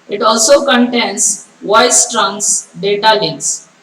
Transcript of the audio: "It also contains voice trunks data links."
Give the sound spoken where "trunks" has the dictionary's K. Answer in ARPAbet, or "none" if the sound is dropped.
none